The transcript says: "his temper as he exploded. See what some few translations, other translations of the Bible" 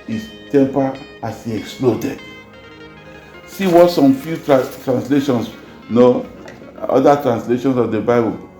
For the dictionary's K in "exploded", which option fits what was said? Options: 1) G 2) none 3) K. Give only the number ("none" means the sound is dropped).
3